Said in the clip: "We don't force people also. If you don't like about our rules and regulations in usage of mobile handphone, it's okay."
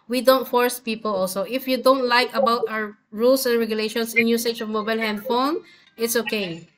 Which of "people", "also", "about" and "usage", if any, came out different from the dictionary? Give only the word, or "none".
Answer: usage